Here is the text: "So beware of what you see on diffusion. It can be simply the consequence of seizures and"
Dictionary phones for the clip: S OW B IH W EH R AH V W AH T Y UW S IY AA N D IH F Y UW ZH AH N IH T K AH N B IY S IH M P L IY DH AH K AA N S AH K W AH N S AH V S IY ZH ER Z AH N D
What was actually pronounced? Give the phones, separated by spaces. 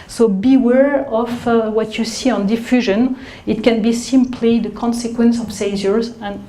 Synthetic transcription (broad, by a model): S OW B IH W EH R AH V W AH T Y UW S IY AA N D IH F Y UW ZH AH N IH T K AH N B IY S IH M P L IY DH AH K AA N S AH K W AH N S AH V S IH Z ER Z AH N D